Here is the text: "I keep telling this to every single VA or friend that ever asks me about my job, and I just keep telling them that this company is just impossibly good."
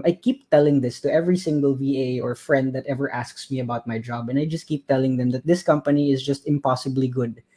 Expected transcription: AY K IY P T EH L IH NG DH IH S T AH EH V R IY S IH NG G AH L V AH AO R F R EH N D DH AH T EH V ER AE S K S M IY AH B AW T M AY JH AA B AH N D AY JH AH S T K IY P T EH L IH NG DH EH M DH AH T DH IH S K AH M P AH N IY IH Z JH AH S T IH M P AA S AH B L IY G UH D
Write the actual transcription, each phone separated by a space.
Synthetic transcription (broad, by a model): AY K IY P T EH L IH NG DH IH S T AH EH V R IY S IH NG G AH L V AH AO R F R EH N D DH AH T EH V ER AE S K S M IY AH B AW T M AY JH AA B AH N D AY JH AH S T K IY P T EH L IH NG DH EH M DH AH T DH IH S K AH M P AH N IY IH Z JH AH S T IH M P AA S AH B L IY G UH D